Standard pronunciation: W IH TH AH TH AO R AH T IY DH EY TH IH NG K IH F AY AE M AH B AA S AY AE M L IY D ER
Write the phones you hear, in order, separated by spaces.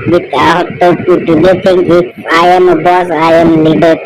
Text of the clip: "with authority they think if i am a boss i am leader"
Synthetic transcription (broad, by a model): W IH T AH T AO AH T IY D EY T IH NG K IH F AY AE M AH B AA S AY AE M L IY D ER